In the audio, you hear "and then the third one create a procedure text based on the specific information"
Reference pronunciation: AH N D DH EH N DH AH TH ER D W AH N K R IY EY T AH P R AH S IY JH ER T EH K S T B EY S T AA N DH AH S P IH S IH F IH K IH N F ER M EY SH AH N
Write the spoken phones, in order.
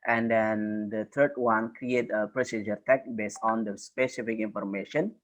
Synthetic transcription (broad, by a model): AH N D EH N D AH T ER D W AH N K R IY EY T AH P R AH S IY JH ER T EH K B EY S T AA N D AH S P IH S IH F IH K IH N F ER M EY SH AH N